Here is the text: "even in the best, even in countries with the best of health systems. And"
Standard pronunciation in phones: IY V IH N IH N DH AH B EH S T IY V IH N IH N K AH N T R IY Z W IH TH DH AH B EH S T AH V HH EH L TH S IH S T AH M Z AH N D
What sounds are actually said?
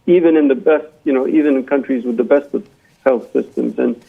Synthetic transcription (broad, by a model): IY V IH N IH N DH AH B EH S T IY V IH N IH N K AH N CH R IY Z W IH DH AH B EH S T AH V HH EH L TH S IH S T AH M Z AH N